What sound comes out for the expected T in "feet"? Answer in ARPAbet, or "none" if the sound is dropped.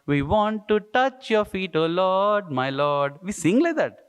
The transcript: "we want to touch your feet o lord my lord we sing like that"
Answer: T